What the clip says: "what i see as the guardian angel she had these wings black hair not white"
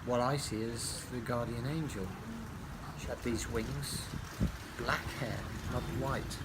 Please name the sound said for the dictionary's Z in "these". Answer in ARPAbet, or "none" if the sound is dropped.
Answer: Z